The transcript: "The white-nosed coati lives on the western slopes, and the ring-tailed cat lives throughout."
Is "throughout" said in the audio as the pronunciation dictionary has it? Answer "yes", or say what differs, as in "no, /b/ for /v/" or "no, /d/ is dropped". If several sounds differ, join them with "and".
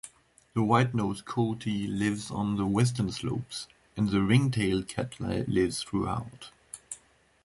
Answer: yes